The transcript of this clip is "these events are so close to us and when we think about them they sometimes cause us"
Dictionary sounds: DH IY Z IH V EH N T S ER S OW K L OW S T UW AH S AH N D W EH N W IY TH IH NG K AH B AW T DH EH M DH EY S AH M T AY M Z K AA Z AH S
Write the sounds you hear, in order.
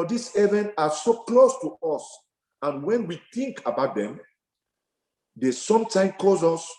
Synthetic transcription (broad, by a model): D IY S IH V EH N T AA S OW K L OW S T UW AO S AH N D W EH N W IY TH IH NG K AH B AW T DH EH M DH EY S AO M T AY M K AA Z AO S